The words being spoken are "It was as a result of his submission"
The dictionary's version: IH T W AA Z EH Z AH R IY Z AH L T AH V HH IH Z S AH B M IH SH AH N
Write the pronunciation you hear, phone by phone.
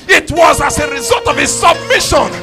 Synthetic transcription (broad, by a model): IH T W AA Z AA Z AH R IY Z AH L T AH V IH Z S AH B M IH SH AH N